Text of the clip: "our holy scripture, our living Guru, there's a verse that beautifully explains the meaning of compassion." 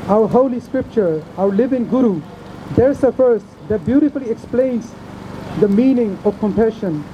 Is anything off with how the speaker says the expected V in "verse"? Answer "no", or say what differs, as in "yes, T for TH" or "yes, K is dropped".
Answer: yes, F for V